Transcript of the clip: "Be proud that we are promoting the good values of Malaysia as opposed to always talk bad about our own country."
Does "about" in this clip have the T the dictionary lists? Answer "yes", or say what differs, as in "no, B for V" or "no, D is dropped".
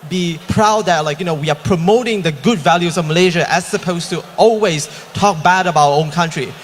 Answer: no, T is dropped